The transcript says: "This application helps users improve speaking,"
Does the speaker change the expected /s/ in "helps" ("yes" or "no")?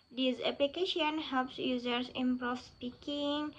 no